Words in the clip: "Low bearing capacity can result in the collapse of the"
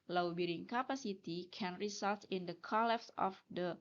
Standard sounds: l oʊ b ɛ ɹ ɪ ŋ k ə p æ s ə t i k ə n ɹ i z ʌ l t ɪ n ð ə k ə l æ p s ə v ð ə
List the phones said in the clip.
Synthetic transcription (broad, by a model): l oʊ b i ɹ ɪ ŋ k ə p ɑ s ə t i k ə n ɹ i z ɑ l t ɪ n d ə k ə l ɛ f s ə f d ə